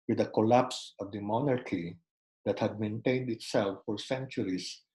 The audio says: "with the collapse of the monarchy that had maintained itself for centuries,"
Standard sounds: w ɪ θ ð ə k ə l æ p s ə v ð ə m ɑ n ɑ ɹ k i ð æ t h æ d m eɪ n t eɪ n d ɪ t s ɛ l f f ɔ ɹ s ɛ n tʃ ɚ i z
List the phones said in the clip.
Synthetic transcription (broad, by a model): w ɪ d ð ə k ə l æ p s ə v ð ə m ɑ n ɑ ɹ k i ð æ t h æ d m eɪ n t eɪ n d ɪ t s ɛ l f f ɔ ɹ s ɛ n tʃ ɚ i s